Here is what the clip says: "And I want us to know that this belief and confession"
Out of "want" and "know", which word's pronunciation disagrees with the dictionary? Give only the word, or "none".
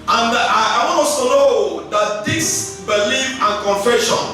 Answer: want